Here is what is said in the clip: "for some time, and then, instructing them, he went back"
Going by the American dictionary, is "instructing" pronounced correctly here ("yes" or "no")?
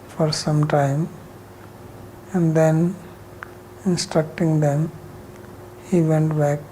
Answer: yes